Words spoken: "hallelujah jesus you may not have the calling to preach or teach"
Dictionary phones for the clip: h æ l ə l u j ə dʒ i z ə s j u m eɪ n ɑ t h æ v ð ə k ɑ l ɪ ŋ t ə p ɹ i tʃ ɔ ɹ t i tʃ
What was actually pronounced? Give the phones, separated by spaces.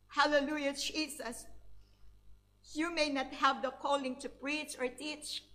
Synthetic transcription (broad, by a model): h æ l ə l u j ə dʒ i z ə s j u m eɪ n ɑ t h æ v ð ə k ɑ l ɪ ŋ t ə p ɹ i tʃ ɔ ɹ t i tʃ